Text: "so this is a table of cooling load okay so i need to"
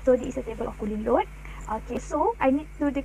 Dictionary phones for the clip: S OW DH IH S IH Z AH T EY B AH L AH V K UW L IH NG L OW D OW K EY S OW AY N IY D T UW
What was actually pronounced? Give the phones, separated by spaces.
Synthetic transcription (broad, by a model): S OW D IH IH S AH T EY B AH L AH F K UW L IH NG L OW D OW K EY S OW AY N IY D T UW